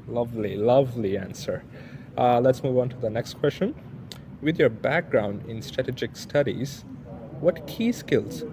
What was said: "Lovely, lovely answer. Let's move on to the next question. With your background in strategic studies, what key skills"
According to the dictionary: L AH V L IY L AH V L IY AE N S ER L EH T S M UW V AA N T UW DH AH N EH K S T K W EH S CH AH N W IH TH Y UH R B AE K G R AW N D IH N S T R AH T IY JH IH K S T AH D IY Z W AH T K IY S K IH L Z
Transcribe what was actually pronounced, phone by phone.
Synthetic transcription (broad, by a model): L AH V L IY L AH V L IY AE N S ER L EH T S M UW V AA N T UW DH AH N EH K S T K W EH S CH AH N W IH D Y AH R B AE K G R AW N D IH N S T R AH T IY JH IH K S T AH D IY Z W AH T K IY S K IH L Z